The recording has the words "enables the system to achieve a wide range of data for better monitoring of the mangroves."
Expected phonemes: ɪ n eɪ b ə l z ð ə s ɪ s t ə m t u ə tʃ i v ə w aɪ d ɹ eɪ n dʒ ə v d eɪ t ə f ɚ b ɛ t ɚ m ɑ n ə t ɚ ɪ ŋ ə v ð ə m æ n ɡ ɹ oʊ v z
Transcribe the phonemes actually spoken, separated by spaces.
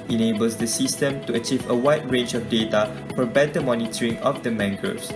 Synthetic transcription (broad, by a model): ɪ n eɪ b ə l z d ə s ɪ s t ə m t u ə tʃ i v ə w aɪ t ɹ eɪ n dʒ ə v d eɪ t ə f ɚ b ɛ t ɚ m ɑ n ə t ɚ ɪ ŋ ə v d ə m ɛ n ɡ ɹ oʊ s